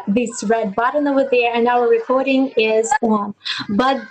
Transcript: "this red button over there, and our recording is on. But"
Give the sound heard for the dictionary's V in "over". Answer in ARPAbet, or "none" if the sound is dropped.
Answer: none